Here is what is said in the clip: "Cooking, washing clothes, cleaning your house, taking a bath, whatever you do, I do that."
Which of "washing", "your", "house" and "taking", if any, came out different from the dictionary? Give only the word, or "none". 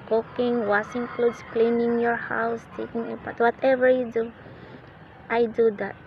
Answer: washing